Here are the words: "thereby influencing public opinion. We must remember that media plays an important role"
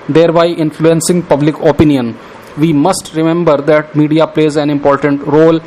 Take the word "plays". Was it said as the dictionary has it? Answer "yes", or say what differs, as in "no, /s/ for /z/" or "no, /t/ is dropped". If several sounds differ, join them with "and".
yes